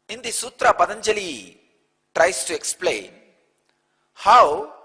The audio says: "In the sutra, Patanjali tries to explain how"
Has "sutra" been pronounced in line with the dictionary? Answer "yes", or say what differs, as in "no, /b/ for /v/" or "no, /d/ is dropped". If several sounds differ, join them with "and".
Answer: yes